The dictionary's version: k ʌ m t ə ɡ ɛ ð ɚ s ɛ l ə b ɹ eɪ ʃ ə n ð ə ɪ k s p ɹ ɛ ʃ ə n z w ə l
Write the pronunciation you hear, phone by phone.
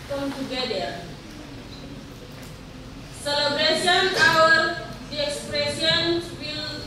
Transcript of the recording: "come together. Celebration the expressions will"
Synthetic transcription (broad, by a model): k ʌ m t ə ɡ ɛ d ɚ s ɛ l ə b ɹ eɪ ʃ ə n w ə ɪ k s p ɹ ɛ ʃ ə n w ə l